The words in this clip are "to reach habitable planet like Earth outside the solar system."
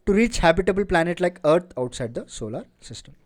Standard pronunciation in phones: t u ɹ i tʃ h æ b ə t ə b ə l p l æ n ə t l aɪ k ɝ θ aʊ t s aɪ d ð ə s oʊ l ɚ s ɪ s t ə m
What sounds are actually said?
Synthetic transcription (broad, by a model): t u ɹ i tʃ h æ b ə t ə b ə l p l æ n ə t l aɪ k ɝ t aʊ t s aɪ d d ə s oʊ l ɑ s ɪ s t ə m